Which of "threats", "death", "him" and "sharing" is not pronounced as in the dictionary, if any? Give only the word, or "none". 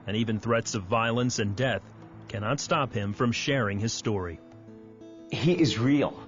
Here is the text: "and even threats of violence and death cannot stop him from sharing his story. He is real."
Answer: none